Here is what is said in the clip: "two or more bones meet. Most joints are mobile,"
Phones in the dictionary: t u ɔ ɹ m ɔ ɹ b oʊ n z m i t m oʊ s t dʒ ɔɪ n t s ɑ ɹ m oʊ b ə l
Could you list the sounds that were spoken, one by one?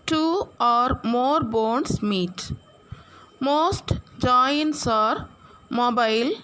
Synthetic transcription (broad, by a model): t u ɔ ɹ m ɔ ɹ b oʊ n s m i t m oʊ s t dʒ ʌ n t s ɑ ɹ m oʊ b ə l